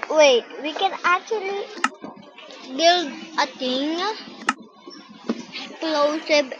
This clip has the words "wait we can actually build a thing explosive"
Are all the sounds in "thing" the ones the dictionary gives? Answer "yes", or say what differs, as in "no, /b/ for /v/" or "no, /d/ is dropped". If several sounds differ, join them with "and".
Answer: no, /t/ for /θ/